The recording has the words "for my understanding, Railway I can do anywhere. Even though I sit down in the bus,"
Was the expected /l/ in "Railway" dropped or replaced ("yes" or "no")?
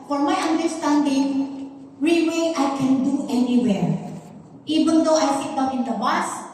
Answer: yes